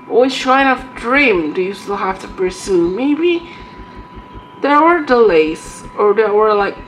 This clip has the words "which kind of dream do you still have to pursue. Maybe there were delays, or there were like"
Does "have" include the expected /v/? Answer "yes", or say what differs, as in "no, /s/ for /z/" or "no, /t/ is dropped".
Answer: no, /f/ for /v/